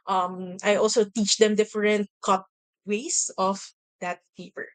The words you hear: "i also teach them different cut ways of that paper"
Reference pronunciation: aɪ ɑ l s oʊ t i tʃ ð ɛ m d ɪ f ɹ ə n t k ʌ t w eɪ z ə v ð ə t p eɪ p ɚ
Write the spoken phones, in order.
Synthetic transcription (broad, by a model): aɪ ɑ l s oʊ t i tʃ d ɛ m d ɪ f ɹ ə n t k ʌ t w eɪ s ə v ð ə t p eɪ p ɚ